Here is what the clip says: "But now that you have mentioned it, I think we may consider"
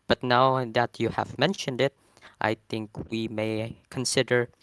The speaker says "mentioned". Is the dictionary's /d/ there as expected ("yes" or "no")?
yes